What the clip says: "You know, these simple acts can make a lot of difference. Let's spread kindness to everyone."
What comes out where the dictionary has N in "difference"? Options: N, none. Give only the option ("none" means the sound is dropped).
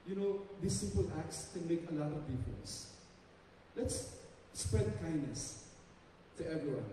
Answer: none